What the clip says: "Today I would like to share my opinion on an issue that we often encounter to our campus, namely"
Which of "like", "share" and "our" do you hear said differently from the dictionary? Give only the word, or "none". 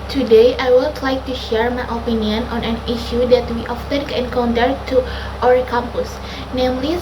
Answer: our